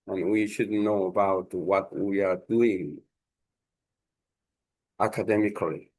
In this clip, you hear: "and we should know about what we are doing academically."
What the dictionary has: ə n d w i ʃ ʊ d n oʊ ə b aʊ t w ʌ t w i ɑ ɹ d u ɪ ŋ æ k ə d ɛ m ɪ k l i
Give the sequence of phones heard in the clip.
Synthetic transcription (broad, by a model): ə n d w i ʃ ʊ d n oʊ ə b aʊ t w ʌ t w i ɑ ɹ d u ɪ ŋ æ k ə d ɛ m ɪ k l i